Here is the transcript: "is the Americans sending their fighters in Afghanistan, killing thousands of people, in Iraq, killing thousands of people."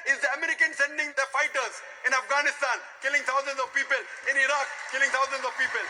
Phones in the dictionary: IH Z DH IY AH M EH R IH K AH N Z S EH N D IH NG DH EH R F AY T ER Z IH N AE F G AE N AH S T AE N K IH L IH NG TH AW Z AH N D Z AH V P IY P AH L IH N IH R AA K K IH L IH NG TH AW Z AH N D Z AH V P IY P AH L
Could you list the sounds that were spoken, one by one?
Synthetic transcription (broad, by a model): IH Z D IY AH M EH R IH K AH N S EH N D IH NG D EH F AY T ER Z IH N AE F G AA N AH S T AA N K IH L IH NG T AW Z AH N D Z AH V P IY P AH L IH N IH R AA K K IH L IH NG T AW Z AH N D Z AH V P IY P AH L